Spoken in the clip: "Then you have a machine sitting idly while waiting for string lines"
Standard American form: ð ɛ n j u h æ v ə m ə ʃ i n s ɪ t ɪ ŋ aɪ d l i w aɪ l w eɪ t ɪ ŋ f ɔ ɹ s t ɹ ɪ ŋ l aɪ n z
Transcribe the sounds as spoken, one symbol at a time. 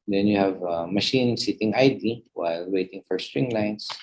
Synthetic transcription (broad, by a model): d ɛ n j u h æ v ə m ə ʃ i n s ɪ t ɪ ŋ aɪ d i w aɪ l w eɪ t ɪ ŋ f ɔ ɹ s t ɹ ɪ ŋ l aɪ n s